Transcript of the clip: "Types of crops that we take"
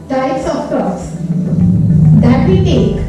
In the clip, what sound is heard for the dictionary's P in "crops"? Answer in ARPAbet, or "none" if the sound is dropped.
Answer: none